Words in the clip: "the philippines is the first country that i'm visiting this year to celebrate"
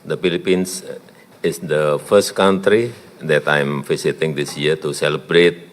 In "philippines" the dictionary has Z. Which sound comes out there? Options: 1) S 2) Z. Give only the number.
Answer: 1